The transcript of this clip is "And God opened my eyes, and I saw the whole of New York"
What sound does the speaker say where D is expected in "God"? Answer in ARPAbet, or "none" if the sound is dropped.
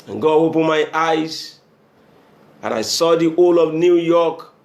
none